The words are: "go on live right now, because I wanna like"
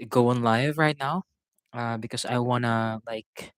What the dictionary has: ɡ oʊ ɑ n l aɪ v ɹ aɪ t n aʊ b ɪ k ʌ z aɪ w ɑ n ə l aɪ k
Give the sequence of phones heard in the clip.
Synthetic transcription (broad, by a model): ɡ oʊ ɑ n l aɪ v ɹ aɪ t n aʊ b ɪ k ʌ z aɪ w ɑ n ə l aɪ k